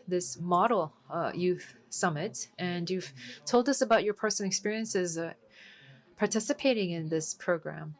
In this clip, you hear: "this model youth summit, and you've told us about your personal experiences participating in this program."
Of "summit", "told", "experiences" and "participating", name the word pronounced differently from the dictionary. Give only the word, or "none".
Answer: none